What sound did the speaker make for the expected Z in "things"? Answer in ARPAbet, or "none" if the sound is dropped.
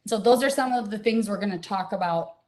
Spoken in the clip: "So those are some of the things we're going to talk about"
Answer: Z